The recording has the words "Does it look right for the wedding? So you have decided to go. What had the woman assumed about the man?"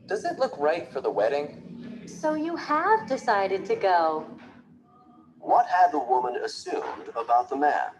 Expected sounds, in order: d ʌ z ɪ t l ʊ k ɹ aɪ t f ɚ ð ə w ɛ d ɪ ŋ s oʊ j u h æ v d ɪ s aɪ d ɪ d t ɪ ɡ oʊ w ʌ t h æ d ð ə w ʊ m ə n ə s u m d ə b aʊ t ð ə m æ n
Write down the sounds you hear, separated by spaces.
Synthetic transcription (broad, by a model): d ʌ z ɪ t l ʊ k ɹ aɪ t f ɚ ð ə w ɛ d ɪ ŋ s oʊ j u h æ v d ɪ s aɪ d ɪ d t ɪ ɡ oʊ w ʌ t h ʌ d ð ə w ʊ m ə n ə s u m d ə b aʊ t ð ə m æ n